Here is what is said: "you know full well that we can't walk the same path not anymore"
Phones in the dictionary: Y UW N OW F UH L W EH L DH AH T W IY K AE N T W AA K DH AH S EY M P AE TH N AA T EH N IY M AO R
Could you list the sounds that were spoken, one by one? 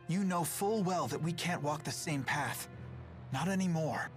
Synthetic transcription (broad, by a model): Y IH N OW F UH L W EH L DH AH T W IY K AE N T W AA K DH AH S EY M P AE TH N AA T EH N IY M AO R